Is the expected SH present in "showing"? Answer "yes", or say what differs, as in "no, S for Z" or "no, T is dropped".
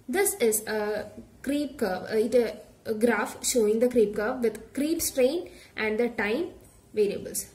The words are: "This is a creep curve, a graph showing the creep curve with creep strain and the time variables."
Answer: yes